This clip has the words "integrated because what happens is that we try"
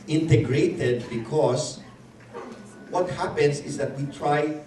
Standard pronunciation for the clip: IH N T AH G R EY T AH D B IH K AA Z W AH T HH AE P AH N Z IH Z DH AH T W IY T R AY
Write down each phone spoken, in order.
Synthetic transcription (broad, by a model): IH N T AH G R EY T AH D B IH K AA S W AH T HH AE P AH N S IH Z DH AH T W IY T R AY